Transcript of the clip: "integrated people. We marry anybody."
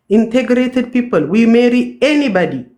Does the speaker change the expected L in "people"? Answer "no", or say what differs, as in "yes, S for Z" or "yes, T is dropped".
no